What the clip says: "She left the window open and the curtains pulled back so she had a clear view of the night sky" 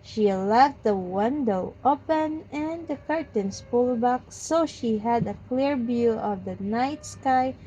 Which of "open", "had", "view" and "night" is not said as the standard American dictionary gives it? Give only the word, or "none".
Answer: view